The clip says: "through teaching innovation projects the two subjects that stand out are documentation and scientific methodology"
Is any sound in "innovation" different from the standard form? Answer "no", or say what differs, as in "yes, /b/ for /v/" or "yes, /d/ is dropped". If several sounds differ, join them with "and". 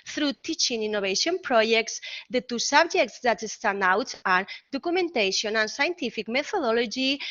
yes, /b/ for /v/